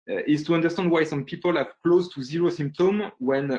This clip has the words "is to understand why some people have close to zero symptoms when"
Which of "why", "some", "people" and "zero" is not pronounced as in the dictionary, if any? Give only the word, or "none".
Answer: none